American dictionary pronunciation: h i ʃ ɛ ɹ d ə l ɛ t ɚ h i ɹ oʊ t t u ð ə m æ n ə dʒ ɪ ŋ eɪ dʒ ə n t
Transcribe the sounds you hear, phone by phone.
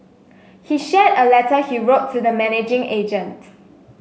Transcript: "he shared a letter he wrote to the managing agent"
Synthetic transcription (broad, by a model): h i ʃ ɛ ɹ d ə l ɛ t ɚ h i ɹ oʊ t t u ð ə m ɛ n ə dʒ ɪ ŋ eɪ dʒ ə n t